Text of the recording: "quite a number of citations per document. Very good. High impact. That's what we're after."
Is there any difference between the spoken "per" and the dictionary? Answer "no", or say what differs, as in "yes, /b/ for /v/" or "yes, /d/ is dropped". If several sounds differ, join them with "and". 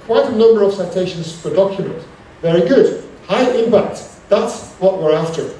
yes, /f/ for /p/